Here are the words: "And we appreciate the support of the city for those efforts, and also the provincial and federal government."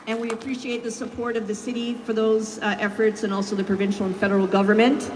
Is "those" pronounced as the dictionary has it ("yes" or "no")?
yes